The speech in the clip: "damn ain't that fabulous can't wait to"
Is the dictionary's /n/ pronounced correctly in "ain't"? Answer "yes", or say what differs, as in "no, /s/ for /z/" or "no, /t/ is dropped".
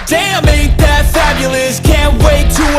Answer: no, /n/ is dropped